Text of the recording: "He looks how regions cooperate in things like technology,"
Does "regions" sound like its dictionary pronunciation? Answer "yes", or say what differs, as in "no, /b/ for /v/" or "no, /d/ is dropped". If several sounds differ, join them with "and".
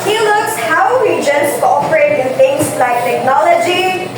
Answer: no, /w/ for /ɹ/